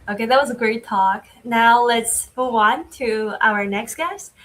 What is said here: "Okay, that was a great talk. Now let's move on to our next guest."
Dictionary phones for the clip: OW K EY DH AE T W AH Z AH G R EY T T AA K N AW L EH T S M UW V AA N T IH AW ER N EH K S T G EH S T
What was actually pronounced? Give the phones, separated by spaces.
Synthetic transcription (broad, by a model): OW K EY DH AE T W AH Z AH G R EY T T AA K N AW L EH T S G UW AA N T IH AW ER N EH K S T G EH S T